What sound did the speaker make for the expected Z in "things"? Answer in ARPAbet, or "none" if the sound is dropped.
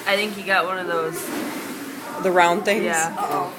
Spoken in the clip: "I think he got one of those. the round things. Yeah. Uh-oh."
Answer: none